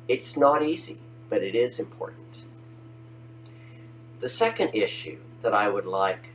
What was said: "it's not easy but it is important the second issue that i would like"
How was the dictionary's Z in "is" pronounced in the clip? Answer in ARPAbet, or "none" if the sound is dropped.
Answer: Z